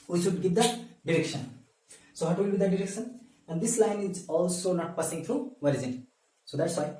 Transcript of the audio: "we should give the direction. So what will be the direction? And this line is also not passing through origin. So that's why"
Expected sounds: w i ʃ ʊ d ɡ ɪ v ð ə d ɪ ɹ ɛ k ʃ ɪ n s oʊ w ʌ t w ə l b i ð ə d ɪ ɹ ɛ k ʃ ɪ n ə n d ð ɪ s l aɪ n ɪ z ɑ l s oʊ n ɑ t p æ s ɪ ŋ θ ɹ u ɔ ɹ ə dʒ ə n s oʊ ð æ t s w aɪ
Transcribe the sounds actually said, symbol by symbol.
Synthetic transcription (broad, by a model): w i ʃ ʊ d ɡ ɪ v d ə d ɪ ɹ ɛ k ʃ ɪ n s oʊ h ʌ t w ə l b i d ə d ɪ ɹ ɛ k ʃ ɪ n ə n d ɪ s l aɪ n ɪ z ɑ l s oʊ n ɑ t p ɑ s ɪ ŋ t ɹ u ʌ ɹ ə z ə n s oʊ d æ t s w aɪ